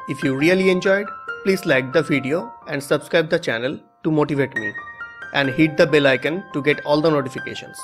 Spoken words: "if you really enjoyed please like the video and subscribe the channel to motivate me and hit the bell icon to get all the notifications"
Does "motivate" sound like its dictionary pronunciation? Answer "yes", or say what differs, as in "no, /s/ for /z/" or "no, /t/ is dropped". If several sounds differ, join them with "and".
yes